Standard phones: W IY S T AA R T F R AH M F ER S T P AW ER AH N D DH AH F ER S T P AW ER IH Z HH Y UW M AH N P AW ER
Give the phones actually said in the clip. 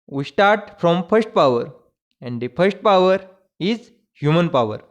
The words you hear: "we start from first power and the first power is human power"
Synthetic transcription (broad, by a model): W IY S T AA R T F R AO M F ER S T P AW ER AH N D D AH F ER S T P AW ER IH Z HH Y UW M AH N P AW ER